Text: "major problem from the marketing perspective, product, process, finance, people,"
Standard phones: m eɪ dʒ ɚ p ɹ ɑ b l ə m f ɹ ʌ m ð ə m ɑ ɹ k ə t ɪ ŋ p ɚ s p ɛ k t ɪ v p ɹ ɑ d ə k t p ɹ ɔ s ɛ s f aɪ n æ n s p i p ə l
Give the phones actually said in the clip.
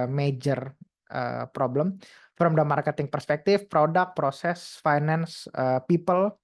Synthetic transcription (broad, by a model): m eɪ dʒ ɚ p ɹ ɑ b l ə m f ɹ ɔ m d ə m ɑ ɹ k ə t ɪ ŋ p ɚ s p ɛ k t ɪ f p ɹ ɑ d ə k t p ɹ ɔ s ɛ s f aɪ n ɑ n s p i p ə l